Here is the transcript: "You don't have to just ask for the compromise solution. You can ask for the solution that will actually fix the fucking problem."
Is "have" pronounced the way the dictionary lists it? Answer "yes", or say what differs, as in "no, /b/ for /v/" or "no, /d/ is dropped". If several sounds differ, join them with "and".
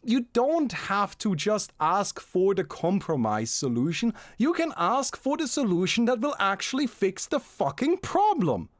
no, /f/ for /v/